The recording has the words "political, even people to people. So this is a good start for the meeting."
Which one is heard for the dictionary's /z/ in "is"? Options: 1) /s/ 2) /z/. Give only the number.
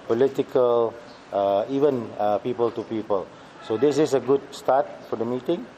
1